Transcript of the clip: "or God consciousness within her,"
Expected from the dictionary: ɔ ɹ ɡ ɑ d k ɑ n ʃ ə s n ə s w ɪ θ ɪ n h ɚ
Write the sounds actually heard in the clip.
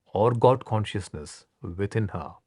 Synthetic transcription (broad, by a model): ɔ ɹ ɡ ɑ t k ɑ n ʃ ə s n ə s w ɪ t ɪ n h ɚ